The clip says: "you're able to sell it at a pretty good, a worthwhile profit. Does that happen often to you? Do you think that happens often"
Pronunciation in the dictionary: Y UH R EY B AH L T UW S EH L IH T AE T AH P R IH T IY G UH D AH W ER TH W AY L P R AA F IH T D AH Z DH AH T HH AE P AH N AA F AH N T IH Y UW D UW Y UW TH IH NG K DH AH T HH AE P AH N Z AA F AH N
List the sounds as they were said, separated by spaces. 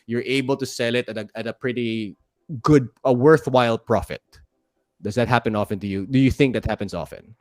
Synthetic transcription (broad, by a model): Y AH R EY B AH L T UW S EH L IH T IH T AH P R IH T IY G UH D AH W ER TH W AY L P R AA F IH T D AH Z DH AH T HH AE P AH N AA F AH N T IH Y UW D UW Y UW TH IH NG K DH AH T HH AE P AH N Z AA F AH N